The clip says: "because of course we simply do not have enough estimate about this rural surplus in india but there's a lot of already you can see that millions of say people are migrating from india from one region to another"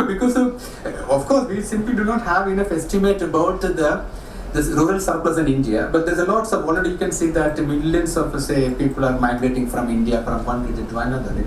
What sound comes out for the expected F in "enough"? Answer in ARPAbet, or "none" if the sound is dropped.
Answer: F